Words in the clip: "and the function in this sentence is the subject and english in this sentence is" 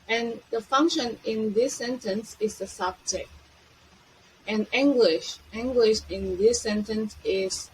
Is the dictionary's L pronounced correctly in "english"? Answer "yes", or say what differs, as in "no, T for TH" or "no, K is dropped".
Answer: no, W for L